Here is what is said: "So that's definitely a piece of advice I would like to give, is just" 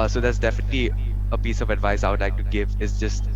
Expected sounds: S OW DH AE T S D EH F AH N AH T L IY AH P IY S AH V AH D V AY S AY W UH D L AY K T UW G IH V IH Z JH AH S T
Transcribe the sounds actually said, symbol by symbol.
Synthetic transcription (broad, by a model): S OW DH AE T S D EH F AH N AH T L IY AH P IY S AH V AH D V AY S AY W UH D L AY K T UW G IH V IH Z JH AH S T